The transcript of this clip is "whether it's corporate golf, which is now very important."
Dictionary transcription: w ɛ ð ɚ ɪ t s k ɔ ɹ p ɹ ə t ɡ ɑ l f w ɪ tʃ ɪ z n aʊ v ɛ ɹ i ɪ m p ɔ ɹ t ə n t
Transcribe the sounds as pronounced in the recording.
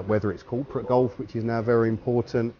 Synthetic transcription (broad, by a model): w ɛ ð ɚ ɪ t s k ɔ p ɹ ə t ɡ ɑ l f w ɪ tʃ ɪ z n aʊ v ɛ ɹ i ɪ m p ɔ t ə n t